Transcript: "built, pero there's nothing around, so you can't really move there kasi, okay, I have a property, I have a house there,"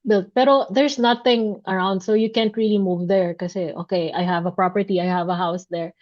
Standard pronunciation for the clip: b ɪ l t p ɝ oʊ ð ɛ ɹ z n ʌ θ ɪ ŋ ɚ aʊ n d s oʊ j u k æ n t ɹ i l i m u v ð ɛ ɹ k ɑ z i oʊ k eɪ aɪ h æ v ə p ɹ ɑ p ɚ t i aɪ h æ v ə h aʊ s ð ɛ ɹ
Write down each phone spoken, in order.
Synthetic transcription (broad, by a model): b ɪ l t p ɝ oʊ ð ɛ ɹ s n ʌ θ ɪ ŋ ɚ aʊ n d s oʊ j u k æ n t ɹ i l i m u v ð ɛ ɹ k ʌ s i oʊ k eɪ aɪ h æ v ə p ɹ ɑ p ɚ t i aɪ h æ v ə h aʊ s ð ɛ ɹ